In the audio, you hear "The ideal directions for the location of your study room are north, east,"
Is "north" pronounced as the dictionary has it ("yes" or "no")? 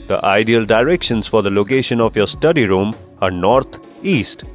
no